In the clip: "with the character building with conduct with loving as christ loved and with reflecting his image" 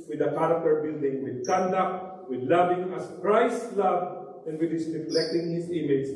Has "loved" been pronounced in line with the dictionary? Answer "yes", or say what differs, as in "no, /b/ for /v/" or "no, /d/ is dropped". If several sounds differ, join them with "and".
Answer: no, /d/ is dropped